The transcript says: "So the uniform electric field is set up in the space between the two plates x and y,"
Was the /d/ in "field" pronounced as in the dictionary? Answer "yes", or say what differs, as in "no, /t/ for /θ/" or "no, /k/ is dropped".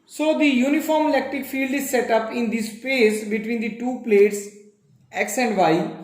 yes